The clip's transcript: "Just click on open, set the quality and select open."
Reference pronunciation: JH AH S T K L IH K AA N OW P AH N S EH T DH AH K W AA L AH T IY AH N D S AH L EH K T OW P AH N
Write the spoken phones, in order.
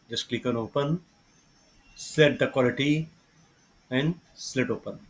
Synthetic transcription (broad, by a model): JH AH S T K L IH K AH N OW P AH N S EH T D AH K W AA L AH T IY AH N D S L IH T OW P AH N